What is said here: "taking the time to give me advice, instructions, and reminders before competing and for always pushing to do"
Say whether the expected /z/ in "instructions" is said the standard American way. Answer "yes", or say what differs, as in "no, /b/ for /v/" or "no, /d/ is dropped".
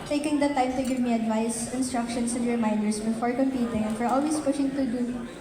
no, /s/ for /z/